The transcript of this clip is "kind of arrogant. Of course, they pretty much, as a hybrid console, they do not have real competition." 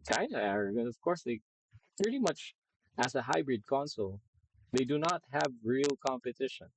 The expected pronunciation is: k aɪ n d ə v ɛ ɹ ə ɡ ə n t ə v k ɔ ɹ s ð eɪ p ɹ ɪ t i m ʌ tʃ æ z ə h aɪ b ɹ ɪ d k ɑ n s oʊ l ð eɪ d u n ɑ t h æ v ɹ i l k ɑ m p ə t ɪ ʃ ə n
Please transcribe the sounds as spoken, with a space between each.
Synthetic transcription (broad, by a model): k aɪ n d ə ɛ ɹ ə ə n ə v k ɔ ɹ s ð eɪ p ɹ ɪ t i m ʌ tʃ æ s ə h aɪ b ɹ ɪ d k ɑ n s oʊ l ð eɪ d u n ɑ t h æ v ɹ i l k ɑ m p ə t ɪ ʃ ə n